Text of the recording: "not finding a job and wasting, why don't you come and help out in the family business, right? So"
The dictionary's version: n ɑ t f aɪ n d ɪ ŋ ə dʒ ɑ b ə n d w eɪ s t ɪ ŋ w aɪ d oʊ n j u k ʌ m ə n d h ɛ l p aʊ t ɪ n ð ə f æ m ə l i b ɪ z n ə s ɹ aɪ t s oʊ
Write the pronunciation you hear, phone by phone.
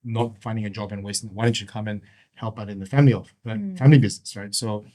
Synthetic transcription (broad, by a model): n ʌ t f aɪ n d ɪ ŋ ə dʒ ɑ b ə n w eɪ s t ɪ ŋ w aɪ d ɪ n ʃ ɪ k ʌ m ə n h ɛ l p aʊ t ɪ n ð ə f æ m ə l i b ɪ z n ə s ɹ aɪ t s oʊ